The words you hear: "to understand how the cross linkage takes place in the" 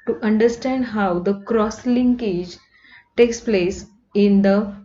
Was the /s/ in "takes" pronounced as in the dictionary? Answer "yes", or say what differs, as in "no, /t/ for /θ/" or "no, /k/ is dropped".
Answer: yes